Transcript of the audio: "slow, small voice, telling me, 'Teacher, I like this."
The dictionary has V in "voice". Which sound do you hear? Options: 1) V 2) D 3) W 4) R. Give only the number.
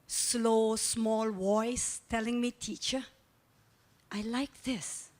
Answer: 3